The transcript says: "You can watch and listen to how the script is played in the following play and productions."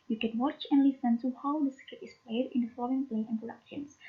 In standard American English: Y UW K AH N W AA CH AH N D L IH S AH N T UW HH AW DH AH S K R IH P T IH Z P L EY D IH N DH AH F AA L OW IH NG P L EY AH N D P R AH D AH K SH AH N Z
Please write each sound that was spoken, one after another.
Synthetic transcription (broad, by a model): Y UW K AH N W AA CH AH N L IH S AH N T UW HH AW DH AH S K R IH T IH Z P L EY D IH N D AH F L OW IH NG P L EY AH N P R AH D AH K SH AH N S